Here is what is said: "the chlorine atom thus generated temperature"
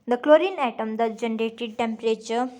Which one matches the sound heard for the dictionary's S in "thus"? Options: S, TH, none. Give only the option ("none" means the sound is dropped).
none